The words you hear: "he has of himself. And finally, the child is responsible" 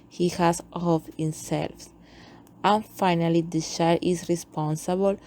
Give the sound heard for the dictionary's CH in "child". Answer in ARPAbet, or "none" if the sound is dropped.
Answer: SH